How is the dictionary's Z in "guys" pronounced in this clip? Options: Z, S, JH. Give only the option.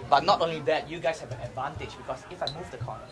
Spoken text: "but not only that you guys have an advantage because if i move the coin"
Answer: S